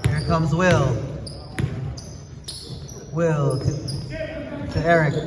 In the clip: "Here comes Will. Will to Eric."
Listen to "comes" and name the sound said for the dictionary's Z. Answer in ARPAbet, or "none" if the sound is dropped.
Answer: Z